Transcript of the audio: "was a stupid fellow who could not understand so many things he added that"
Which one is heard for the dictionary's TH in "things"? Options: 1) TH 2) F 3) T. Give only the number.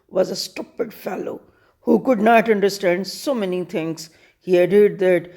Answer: 3